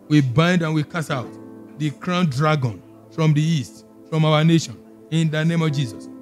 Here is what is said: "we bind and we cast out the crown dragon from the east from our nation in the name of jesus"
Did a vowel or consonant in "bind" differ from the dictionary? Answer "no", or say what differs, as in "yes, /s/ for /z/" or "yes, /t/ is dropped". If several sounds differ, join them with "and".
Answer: no